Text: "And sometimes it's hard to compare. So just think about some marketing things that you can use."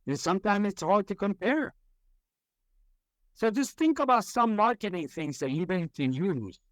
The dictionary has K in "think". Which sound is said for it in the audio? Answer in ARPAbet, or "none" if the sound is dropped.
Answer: K